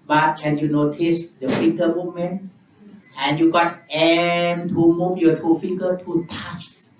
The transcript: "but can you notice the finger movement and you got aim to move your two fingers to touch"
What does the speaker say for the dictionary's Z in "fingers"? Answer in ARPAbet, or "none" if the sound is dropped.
none